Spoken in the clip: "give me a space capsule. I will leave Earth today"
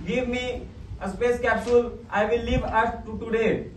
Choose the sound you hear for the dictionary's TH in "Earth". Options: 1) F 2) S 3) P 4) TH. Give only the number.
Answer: 2